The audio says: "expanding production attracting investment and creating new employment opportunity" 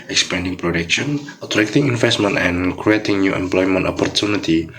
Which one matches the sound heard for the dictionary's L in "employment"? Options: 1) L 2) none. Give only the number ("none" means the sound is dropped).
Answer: 1